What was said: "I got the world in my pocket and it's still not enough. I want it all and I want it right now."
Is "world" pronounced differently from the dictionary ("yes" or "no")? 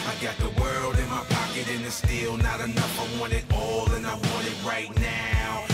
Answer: no